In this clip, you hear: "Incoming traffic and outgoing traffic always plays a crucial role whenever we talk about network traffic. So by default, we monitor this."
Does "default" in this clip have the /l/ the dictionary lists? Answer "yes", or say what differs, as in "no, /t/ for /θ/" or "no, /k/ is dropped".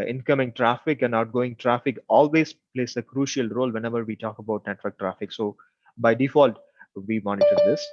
yes